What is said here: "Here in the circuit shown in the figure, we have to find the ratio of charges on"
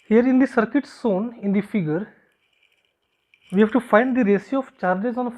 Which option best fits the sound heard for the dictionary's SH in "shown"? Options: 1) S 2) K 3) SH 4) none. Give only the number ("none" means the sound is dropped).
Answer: 1